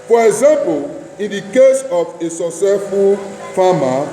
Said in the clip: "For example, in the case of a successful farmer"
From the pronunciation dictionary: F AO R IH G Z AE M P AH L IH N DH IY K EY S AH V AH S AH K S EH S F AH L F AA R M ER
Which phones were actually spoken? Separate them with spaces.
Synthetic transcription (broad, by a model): F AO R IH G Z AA M P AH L IH N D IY K EY S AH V AH S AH S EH F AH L F AA M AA